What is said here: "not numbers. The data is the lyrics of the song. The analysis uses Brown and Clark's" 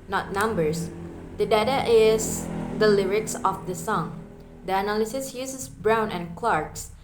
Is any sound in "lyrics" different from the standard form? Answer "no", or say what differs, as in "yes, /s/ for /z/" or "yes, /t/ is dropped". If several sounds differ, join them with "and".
no